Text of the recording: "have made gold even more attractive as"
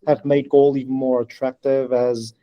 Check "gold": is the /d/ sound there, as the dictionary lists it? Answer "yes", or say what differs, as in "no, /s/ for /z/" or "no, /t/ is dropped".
no, /d/ is dropped